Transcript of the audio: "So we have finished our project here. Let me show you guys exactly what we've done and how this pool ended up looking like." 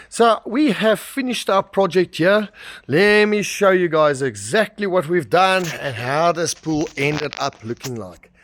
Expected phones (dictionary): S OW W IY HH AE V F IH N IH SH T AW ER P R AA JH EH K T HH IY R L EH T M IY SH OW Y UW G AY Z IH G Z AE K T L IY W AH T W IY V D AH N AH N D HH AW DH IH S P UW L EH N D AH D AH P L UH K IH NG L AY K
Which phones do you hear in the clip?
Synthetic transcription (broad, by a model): S OW W IY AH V F IH N IH SH T AW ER P R AA JH EH K T HH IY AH L EH T M IY SH OW Y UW G AY Z IH G Z AE K T L IY W AH T W IY V D AH N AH N HH AW DH IH S P UW L EH N D AH D AH P L UH K IH NG L AY K